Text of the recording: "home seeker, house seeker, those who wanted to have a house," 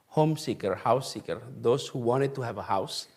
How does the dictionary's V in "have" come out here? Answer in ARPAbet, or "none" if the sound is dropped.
V